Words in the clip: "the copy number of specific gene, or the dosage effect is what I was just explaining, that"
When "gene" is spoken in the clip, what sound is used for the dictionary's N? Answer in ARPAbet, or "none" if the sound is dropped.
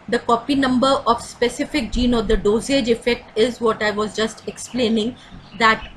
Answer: N